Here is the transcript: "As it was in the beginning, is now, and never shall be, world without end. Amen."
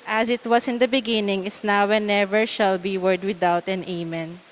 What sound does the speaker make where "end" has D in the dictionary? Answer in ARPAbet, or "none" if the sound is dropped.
none